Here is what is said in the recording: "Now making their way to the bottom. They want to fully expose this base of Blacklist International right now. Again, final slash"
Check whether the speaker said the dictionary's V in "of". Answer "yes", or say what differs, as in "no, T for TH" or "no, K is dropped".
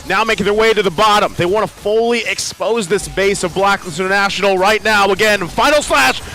yes